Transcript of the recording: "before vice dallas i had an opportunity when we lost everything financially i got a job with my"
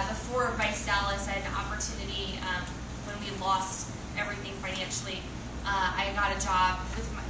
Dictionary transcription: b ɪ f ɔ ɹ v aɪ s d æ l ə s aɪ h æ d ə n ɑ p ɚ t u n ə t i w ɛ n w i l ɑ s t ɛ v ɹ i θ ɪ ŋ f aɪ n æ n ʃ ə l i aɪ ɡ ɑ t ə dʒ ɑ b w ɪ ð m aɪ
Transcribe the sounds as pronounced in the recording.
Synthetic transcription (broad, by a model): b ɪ f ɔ ɹ v aɪ s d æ l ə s aɪ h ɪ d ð ɑ p ɚ t u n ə t i w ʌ n w i l ɑ s t ɛ v ɹ i θ ɪ ŋ f aɪ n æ n ʃ l i aɪ ɡ ɑ t ə dʒ ɑ b w ɪ ð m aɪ